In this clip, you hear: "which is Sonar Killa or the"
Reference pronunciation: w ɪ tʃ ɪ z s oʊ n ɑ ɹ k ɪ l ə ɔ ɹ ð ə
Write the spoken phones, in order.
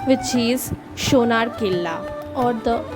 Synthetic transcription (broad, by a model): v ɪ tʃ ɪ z ʃ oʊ n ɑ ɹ k ɪ l ə ɔ ɹ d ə